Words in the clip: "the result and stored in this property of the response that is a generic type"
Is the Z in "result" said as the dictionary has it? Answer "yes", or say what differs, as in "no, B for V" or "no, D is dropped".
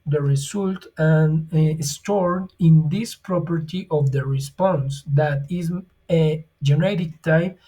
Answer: no, S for Z